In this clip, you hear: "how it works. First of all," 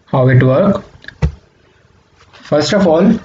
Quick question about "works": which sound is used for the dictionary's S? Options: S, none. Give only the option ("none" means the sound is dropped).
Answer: none